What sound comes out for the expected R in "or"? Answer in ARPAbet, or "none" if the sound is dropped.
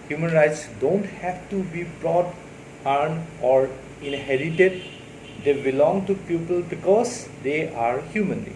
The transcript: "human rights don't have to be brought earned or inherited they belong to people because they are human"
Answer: R